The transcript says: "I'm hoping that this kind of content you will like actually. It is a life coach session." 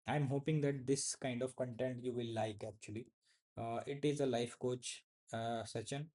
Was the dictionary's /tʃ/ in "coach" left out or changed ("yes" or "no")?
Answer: no